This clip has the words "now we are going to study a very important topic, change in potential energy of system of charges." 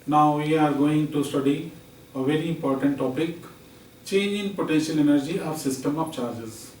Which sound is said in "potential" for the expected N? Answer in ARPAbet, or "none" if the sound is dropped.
N